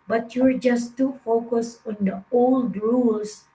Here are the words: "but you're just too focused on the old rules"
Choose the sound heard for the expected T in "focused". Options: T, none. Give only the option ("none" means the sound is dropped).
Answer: none